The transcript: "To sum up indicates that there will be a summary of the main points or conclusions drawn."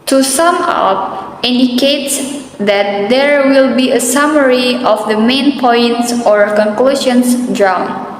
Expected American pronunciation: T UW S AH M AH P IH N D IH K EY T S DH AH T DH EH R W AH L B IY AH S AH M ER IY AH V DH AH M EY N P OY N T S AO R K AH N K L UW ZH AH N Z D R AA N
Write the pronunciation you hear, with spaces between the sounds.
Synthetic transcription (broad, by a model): T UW S AH M AH P IH N D IH K EY T S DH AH T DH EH R W AH L B IY AH S AH M ER IY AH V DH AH M EY N P OY N T S AO R K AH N K L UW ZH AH N S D R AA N